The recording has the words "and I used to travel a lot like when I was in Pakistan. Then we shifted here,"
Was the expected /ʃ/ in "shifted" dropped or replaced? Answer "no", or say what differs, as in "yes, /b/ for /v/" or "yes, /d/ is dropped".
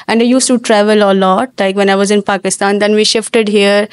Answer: no